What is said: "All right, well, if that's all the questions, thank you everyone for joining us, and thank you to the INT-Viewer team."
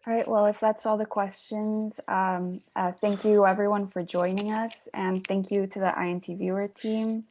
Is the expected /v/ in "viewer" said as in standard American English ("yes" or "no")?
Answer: yes